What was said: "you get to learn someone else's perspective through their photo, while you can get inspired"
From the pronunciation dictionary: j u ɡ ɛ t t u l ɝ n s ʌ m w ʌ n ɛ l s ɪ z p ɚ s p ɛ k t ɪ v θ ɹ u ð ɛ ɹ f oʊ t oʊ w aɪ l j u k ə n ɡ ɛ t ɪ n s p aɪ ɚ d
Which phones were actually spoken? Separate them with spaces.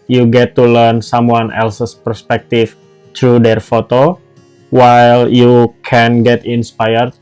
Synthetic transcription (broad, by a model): j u ɡ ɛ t t u l ɝ n s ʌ m w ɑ n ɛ l s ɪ s p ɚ s p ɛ k t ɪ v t ɹ u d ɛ ɹ f oʊ t oʊ w aɪ l j u k ə n ɡ ɛ t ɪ n s p aɪ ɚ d